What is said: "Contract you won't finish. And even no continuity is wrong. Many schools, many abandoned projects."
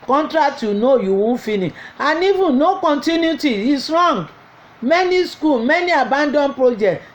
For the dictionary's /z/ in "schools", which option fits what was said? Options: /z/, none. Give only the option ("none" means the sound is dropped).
none